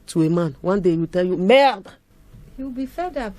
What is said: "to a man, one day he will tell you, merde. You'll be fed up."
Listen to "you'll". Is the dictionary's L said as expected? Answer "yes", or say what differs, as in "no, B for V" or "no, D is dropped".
no, W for L